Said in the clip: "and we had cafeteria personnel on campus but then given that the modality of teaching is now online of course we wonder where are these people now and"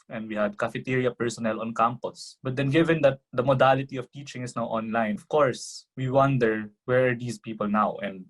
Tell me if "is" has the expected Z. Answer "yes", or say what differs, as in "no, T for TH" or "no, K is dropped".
no, S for Z